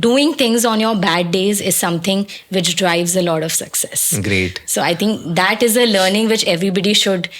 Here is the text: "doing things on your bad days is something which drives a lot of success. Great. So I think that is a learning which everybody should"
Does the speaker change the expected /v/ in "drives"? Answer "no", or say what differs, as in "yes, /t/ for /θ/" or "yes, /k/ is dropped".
no